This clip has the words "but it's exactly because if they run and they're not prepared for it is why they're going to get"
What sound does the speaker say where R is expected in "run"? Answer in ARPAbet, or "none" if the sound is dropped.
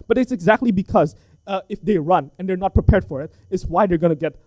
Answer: R